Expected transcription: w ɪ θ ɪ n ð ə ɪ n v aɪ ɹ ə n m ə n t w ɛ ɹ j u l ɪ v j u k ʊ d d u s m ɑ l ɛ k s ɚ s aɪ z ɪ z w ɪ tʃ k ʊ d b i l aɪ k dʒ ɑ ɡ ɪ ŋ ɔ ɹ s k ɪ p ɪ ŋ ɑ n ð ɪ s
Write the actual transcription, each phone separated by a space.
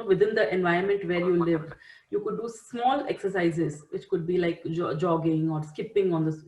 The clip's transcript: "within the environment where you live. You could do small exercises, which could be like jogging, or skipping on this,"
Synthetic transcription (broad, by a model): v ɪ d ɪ n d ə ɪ n v aɪ ə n m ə n t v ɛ ɹ j u l ɪ v j u k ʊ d d u s m ɑ l ɛ k s ɚ s aɪ z ɪ z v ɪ tʃ k ʊ d b i l aɪ k dʒ ɑ ɡ ɪ ŋ ɔ ɹ s k ɪ p ɪ ŋ ɑ n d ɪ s